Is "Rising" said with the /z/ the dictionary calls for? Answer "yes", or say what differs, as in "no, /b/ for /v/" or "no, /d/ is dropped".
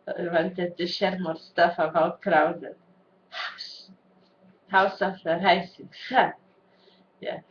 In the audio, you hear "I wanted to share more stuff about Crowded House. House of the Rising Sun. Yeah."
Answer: no, /s/ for /z/